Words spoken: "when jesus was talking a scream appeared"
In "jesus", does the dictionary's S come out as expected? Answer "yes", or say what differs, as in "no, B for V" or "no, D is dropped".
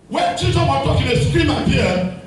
no, S is dropped